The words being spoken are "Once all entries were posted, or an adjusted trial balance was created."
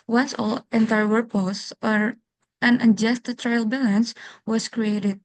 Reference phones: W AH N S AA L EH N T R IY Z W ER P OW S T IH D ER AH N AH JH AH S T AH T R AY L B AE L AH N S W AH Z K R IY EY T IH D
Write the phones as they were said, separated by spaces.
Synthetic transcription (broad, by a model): W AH N S AA L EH N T IY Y W ER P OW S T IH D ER AH N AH JH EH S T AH T R AY L B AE L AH N S W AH S K R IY EY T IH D